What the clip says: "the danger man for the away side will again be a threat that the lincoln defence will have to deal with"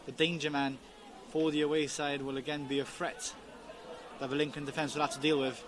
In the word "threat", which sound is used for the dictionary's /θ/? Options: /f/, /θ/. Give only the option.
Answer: /f/